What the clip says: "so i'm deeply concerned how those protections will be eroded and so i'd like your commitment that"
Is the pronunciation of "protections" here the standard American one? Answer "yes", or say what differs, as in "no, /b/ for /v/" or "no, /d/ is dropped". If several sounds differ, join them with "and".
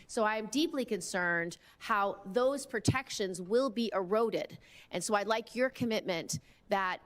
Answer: yes